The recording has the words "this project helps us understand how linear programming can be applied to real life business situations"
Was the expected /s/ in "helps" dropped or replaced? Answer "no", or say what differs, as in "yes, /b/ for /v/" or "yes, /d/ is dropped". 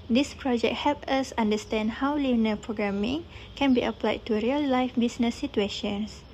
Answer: yes, /s/ is dropped